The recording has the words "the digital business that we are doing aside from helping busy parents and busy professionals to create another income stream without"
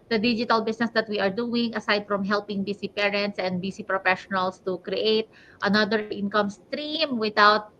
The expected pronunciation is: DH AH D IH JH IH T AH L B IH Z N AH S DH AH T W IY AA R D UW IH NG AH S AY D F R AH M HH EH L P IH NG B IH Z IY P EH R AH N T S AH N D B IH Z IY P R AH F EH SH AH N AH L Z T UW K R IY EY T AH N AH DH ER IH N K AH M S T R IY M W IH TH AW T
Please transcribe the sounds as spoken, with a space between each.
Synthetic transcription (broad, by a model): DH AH D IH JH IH T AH L B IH S N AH S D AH T W IY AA R D UW IH NG AH S AY D F R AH M HH EH L P IH NG B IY S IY P EH R AH N T S AH N D B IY S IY P R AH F EH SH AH N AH L S T UW K R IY EY T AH N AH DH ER IH N K AH M S T R IY M W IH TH AW T